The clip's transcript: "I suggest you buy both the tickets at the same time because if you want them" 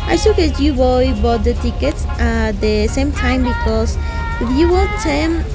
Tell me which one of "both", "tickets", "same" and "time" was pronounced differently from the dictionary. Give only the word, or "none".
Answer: both